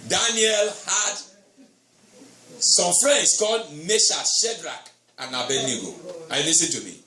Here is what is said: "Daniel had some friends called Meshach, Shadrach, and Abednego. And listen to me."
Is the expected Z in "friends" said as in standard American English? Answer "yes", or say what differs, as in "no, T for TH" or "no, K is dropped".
no, S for Z